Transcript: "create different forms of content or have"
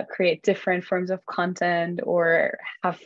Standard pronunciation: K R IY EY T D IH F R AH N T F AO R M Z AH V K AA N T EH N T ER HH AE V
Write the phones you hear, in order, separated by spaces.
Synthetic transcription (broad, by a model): K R IY EY T D IH F R AH N T F AO R M Z AH V K AA N T EH N T ER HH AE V